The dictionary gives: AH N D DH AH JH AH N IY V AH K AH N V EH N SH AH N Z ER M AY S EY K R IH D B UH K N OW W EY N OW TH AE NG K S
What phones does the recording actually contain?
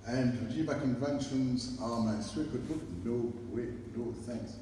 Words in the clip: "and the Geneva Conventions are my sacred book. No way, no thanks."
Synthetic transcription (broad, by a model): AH N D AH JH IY B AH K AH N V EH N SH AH N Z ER M AY S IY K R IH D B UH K N OW W EY N OW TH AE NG K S